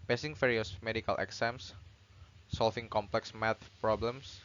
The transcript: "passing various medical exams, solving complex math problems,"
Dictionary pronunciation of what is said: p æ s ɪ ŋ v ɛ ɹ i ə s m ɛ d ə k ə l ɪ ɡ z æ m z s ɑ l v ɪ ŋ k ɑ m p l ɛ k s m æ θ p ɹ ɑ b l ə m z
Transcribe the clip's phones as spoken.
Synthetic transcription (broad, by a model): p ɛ s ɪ ŋ f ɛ ɹ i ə s m ɛ d ə k ə l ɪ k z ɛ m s s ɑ l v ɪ ŋ k ɑ m p l ɛ k s m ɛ t p ɹ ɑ b l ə m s